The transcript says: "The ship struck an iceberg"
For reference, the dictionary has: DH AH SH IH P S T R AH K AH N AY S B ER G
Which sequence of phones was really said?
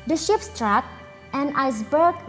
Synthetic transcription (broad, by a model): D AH SH IH P S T R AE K AH N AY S B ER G